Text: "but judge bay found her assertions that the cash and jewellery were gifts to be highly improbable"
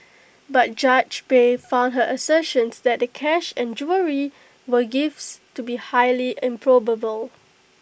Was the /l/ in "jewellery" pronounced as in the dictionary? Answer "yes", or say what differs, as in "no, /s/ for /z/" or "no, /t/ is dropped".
no, /l/ is dropped